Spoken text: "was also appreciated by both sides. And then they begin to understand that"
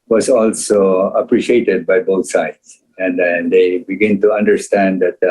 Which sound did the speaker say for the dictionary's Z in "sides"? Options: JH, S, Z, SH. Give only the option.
S